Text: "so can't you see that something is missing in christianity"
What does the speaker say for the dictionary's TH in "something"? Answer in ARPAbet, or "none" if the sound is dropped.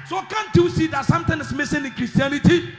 T